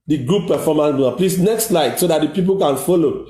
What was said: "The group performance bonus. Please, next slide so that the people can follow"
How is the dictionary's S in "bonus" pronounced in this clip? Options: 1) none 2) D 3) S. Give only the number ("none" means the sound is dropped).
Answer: 1